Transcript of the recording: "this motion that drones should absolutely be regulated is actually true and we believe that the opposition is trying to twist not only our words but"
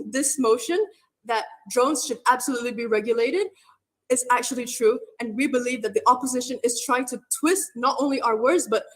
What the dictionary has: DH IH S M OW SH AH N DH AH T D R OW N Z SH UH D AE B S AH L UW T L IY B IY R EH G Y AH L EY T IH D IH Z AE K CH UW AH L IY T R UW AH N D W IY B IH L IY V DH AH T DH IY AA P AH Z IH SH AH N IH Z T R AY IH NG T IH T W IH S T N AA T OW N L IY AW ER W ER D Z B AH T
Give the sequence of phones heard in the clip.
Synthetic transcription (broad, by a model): DH IH S M OW SH AH N DH AH T D R OW N Z SH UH D AE B S AH L UW T L IY B IY R EH G Y AH L EY T IH D IH Z AE K CH UW AH L IY T R UW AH N W IY B IH L IY V DH AH T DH IY AA P AH Z IH SH AH N IH Z T R AY IH NG T IH T W IH S T N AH T OW N L IY AW ER W ER D Z B AH T